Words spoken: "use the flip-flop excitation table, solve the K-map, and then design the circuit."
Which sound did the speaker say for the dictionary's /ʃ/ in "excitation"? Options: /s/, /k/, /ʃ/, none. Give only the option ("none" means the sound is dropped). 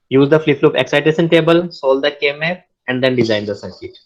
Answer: /s/